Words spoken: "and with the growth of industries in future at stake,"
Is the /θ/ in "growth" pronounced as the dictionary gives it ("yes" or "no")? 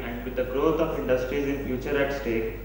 no